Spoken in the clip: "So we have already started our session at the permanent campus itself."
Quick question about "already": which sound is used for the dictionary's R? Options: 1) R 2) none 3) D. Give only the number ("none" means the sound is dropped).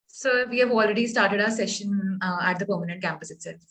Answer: 1